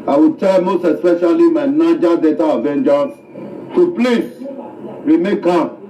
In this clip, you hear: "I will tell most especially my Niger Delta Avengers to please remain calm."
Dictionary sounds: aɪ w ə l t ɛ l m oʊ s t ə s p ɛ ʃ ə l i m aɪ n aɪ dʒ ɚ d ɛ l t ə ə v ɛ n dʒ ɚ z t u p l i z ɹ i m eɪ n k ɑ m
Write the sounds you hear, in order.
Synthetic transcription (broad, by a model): aɪ w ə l t ɛ l m oʊ s t ə s p ɛ ʃ ə l i m aɪ n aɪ dʒ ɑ d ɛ t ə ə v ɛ n dʒ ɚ s t u p l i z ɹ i m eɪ k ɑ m